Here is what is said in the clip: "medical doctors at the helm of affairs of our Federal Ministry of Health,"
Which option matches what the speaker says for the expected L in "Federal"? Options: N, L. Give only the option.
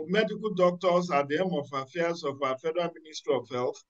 N